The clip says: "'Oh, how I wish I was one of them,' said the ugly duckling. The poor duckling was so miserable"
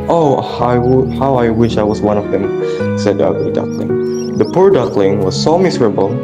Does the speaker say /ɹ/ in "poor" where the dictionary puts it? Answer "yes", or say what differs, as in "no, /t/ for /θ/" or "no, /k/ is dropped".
yes